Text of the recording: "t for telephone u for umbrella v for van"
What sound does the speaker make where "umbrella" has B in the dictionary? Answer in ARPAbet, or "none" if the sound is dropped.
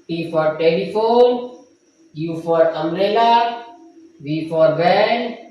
none